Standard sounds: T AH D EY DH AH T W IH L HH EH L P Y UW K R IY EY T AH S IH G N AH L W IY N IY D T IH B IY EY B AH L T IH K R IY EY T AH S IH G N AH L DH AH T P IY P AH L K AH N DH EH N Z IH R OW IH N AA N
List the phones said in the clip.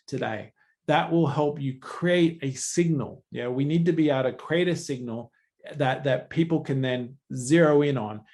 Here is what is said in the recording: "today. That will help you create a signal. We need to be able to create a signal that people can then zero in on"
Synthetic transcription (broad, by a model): T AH D EY DH AH T W IH L HH EH L P Y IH K R IY EY T AH S IH G N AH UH W IY N IY D T IH B IY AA AH T IH K R IY EY T AH S IH G N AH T DH AH T P IY P L K AH N DH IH N Z IH R OW IH N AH N